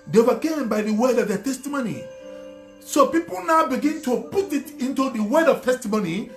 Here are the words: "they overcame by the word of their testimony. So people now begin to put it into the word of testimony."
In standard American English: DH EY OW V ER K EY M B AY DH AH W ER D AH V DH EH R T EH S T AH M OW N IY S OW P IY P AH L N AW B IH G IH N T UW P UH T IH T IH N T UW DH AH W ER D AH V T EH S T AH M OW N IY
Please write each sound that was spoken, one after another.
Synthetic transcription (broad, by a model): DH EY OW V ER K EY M B AY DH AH W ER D AH V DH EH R T EH S T AH M OW N IY S OW P IY P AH L N AW B IH G IH N T UW P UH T IH T IH N T UW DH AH W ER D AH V T EH S T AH M OW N IY